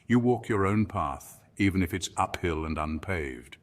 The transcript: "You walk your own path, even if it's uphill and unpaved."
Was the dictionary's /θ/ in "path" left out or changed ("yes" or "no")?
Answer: no